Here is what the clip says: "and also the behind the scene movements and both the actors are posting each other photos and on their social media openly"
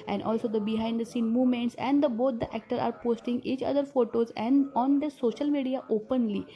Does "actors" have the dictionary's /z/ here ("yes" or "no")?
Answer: no